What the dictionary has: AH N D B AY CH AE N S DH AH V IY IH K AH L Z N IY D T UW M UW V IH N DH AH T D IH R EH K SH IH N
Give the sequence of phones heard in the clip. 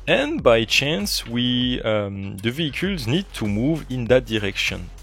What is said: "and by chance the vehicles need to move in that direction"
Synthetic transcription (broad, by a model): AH N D B AY CH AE N S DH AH V IY IH K AH L Z N IY D T UW M UW V IH N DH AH T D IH R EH K SH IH N